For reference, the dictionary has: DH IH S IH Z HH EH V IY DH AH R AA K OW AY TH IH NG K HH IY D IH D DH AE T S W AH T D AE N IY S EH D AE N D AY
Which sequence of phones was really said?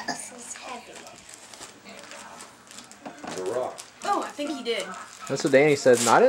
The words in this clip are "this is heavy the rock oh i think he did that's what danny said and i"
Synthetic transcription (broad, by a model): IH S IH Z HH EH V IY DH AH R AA OW AY TH IH NG K HH IY D IH D DH AE T S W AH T D AE N IY S EH D N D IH